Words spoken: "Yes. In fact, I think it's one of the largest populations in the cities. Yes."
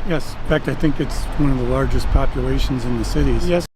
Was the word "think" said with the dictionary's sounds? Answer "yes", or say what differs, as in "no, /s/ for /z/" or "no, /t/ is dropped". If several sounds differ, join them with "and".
yes